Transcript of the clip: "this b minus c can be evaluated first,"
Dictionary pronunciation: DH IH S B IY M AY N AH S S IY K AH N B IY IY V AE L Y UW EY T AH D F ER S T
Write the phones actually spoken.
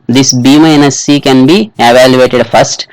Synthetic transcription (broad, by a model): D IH S B IY M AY N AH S S IY K AH N B IY IY V AE L Y UW EY T AH D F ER S T